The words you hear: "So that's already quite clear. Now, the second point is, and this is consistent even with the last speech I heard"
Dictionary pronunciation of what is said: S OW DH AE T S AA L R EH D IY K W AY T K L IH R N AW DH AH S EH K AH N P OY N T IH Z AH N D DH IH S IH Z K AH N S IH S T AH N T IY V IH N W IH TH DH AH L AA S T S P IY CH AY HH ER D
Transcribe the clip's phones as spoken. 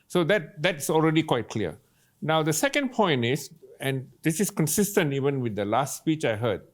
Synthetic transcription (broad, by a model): S OW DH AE T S AA L R EH D IY K W AY T K L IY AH N AW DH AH S EH K AH N P OY N T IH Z AH N D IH S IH S K AH N S IH S T AH N T IY V IH N W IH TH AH L AA S T S P IY CH AY HH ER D